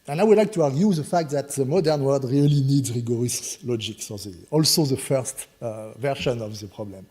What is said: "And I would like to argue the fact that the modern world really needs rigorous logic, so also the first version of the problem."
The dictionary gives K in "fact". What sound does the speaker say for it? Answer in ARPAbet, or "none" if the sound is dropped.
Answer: K